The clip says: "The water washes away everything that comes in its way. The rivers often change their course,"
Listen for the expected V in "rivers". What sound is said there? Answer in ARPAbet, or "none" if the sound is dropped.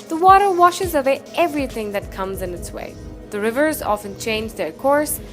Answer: V